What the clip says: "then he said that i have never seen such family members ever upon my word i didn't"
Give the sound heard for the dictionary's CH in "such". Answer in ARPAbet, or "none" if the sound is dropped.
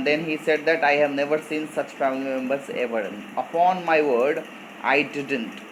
CH